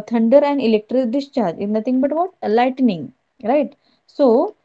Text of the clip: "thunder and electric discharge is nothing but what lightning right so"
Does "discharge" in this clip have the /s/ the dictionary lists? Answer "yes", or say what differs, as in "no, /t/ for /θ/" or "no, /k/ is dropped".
yes